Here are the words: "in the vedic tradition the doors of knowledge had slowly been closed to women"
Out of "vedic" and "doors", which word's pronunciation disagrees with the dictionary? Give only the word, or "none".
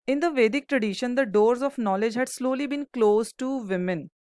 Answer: none